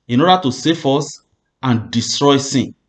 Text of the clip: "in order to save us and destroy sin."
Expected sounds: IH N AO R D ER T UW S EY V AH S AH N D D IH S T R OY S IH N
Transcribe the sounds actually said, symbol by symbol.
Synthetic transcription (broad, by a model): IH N AO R D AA T UW S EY F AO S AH N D D IH S T R OY S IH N